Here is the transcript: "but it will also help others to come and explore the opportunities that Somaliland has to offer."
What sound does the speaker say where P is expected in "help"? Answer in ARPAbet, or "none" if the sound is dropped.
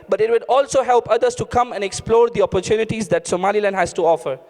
P